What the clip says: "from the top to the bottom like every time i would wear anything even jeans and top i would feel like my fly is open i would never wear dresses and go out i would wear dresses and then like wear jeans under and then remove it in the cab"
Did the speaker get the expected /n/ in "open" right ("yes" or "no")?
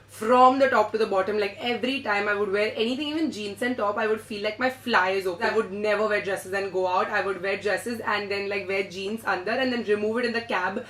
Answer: no